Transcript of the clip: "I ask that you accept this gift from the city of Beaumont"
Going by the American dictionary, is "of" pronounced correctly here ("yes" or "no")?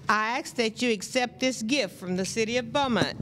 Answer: yes